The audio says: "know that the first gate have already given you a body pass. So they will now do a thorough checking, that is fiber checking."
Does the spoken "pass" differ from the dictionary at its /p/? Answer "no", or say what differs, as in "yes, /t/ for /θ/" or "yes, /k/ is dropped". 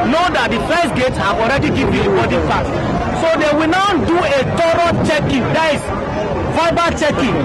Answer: yes, /f/ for /p/